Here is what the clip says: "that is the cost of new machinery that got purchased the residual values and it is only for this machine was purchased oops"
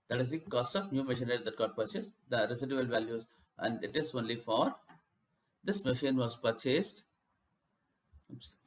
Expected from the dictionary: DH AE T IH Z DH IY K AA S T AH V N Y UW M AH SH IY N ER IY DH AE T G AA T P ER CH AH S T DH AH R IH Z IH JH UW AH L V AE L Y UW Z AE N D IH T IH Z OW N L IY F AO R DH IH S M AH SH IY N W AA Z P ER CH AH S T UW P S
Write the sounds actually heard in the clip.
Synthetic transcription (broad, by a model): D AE T IH Z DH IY K AA S T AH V N Y UW M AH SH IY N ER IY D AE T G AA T P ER CH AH S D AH R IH S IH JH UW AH L V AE L Y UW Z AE N D IH T IH Z OW N L IY F AO R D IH S M AH SH IY N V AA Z P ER CH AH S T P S